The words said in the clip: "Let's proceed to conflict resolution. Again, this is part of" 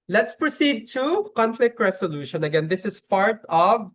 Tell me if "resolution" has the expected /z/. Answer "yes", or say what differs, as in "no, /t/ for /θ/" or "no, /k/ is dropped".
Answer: no, /s/ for /z/